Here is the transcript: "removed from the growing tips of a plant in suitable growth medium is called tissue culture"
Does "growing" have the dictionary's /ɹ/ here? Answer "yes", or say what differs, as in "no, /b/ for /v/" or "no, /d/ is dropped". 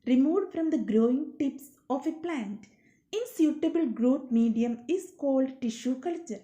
yes